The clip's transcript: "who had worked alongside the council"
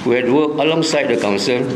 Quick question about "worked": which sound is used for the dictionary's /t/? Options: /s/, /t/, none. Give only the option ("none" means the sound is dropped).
none